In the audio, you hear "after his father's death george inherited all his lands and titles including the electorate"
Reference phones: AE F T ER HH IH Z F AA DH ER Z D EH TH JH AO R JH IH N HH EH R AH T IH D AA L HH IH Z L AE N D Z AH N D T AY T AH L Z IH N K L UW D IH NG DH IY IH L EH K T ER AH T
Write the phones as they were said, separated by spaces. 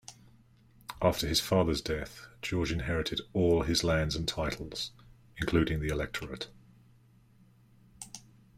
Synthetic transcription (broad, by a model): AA F T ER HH IH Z F AA DH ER Z D EH TH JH AO JH IH N HH EH R AH T IH D AA L IH Z L AE N D Z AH N T AY T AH L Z IH N K L UW D IH NG DH IY IH L EH K T ER AH T